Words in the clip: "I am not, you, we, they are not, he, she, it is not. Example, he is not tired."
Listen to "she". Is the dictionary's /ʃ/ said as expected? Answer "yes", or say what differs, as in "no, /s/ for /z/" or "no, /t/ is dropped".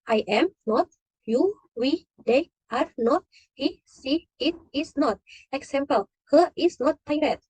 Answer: no, /s/ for /ʃ/